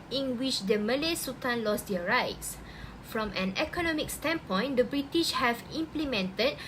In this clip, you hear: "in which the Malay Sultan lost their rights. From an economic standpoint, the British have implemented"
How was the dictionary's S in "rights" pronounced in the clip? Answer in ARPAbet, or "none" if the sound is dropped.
S